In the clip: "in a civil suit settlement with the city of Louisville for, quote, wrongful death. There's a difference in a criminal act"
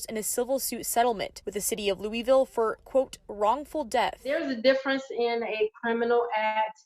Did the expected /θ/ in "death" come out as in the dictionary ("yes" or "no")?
yes